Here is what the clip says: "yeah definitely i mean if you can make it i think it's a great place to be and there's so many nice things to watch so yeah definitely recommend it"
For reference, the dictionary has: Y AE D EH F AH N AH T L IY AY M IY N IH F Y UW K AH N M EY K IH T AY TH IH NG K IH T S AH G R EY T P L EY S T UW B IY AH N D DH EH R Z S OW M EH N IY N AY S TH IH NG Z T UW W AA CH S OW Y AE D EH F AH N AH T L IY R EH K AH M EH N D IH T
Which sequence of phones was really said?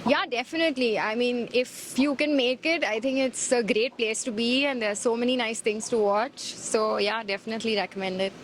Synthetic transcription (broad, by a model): Y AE D EH F AH N AH T L IY AY M IY N IH F Y UW K AH N M EY K IH T AY T IH NG K IH T S AH G R EY T P L EY S T UW B IY AH N D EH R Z S OW M EH N IY N AY S T IH NG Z T UW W AA CH S OW Y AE D EH F AH N AH T L IY R EH K AH M EH N D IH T